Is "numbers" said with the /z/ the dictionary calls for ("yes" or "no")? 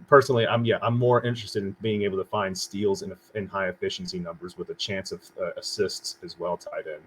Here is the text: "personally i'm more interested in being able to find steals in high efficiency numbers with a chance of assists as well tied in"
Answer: yes